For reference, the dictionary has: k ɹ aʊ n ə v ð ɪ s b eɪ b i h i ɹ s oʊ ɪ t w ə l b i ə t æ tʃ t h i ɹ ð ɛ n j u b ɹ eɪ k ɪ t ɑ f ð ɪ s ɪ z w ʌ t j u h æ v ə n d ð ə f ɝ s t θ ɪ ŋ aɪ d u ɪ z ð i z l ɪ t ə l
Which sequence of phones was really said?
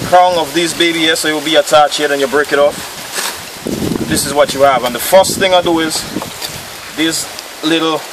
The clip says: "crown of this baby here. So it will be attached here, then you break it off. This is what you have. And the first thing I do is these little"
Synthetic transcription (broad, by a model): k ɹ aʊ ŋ ə v ð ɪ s b eɪ b i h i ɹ s oʊ ɪ t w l b i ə t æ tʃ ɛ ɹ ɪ n j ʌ b ɹ eɪ k ɪ t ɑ p ð ɪ s ɪ z w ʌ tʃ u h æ v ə n ð ə f ɝ s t θ ɪ ŋ aɪ d u ɪ z ð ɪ s l ɪ t l